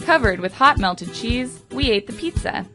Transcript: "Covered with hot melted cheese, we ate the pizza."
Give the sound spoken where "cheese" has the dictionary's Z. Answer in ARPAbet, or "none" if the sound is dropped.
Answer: Z